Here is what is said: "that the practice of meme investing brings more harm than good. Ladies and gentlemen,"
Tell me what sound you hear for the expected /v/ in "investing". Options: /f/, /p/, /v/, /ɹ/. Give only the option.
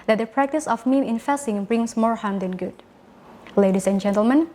/f/